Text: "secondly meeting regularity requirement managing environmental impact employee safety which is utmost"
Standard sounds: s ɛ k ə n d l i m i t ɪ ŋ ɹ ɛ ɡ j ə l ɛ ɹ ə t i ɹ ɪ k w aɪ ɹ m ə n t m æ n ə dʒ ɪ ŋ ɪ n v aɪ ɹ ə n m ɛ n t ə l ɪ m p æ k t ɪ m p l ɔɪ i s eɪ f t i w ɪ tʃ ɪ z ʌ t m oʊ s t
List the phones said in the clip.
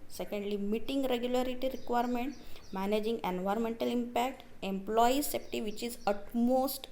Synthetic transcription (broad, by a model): s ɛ k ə n d l i m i t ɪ ŋ ɹ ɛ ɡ j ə l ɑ ɹ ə t i ɹ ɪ k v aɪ ɹ m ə n t m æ n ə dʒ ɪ ŋ ɪ n v aɪ ɹ ə n m ɛ n t ə l ɪ m p æ k t ɪ m p l ɔɪ i s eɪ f t i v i tʃ ɪ z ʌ t m oʊ s t